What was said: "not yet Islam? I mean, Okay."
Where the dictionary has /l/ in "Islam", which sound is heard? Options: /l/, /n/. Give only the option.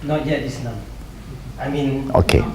/n/